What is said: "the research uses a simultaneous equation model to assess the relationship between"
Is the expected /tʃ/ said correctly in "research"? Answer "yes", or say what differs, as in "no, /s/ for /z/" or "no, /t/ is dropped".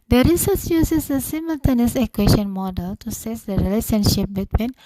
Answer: no, /s/ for /tʃ/